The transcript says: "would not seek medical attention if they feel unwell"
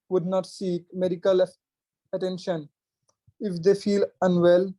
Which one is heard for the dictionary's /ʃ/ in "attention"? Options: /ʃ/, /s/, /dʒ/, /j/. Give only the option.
/ʃ/